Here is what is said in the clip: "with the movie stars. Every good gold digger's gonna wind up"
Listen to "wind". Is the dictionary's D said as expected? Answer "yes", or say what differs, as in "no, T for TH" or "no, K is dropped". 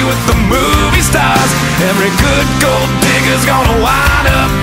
no, D is dropped